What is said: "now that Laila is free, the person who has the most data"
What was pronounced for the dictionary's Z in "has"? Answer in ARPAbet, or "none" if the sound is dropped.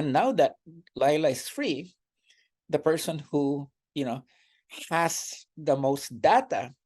S